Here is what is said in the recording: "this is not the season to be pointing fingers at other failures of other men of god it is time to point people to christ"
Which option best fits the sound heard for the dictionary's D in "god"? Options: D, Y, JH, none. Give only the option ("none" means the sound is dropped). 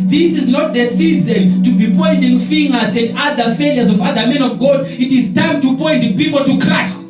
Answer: D